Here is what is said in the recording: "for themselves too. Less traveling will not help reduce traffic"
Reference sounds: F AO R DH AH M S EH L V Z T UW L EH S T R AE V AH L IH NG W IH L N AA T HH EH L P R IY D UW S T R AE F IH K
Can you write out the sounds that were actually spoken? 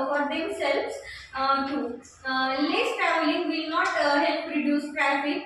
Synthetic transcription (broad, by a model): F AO R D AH M S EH L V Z T UW L EH S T AE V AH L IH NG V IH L N AA T HH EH L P R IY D UW S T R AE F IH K